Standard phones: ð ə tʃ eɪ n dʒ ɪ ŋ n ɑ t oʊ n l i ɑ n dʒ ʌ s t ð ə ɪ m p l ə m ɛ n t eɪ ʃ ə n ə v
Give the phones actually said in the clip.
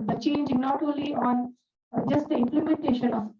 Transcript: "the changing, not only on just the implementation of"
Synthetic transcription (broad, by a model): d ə tʃ eɪ n dʒ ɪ n ɑ t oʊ l i ɑ n dʒ ʌ s t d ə ɪ m p l ə m ɛ n t eɪ ʃ ə n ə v